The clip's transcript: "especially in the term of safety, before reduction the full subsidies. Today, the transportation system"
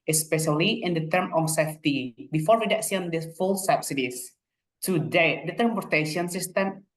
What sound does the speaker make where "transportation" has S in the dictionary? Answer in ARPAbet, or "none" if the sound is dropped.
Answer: none